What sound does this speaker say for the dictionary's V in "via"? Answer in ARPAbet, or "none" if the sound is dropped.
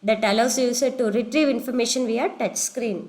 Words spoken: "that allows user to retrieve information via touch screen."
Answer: V